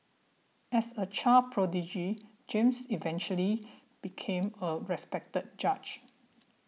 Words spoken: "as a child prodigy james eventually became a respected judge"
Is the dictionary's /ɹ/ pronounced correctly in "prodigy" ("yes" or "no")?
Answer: yes